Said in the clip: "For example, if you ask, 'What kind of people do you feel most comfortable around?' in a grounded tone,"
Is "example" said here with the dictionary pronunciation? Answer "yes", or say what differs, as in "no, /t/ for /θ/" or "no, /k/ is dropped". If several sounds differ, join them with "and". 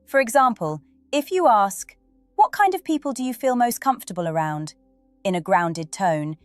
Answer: yes